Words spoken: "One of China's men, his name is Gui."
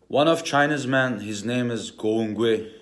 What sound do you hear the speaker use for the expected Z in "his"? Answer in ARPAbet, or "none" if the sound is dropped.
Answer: Z